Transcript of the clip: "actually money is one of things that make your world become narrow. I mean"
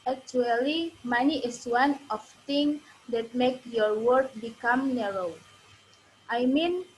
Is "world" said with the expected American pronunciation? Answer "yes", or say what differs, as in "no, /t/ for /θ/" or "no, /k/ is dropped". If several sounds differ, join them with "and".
no, /l/ is dropped